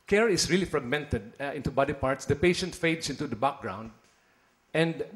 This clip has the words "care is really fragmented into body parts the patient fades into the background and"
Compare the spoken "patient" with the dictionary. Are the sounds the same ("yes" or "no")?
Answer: yes